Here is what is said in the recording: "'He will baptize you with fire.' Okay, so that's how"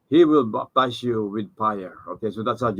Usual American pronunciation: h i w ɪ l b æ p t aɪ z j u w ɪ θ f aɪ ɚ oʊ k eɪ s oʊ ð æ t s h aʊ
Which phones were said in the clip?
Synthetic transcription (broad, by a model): h i w ɪ l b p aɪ s j u w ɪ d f aɪ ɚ oʊ k eɪ s oʊ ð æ t s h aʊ